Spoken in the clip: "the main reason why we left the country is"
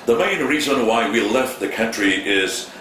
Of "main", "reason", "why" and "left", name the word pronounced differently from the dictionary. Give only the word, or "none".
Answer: none